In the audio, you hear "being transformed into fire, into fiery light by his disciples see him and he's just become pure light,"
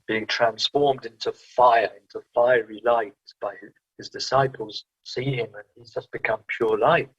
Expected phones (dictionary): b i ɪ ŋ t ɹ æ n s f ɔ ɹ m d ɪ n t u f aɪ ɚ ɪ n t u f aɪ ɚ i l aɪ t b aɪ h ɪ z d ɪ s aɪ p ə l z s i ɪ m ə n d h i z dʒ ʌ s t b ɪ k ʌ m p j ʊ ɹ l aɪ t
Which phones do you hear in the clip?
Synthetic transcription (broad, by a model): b i ɪ ŋ t ɹ æ n s f ɔ ɹ m d ɪ n t u f aɪ ɚ ɪ n t u f aɪ ɚ i l aɪ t b aɪ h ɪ z d ɪ s aɪ p ə l z s i ɪ m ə n i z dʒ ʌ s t b ɪ k ʌ m p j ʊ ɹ l aɪ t